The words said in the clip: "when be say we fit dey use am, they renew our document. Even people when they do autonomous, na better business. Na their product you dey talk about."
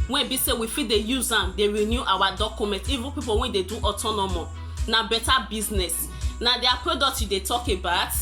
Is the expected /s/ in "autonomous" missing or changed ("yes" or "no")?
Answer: yes